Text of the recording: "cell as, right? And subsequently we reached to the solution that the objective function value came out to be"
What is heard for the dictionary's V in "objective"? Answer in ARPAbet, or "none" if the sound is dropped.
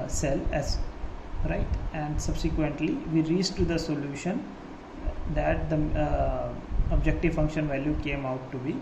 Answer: V